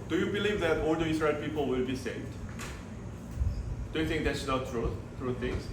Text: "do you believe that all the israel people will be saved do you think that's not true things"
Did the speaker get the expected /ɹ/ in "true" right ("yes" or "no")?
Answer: yes